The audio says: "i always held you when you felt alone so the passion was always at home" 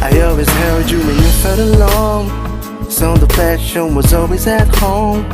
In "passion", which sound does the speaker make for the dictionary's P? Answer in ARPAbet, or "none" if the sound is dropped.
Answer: F